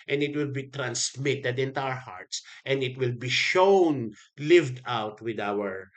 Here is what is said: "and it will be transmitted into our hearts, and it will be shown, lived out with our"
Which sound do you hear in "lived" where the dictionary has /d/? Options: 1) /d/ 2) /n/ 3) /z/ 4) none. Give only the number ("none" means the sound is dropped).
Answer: 1